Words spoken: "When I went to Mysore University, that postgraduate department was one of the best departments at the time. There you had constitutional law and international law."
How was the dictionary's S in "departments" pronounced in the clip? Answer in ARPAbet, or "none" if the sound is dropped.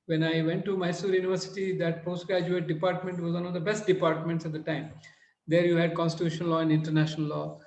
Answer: S